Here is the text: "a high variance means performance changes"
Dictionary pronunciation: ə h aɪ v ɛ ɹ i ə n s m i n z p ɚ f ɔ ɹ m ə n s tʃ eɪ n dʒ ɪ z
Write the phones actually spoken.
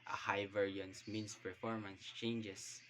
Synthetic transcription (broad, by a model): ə h aɪ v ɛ ɹ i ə n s m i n s p ɚ f ɔ ɹ m ə n s tʃ eɪ n dʒ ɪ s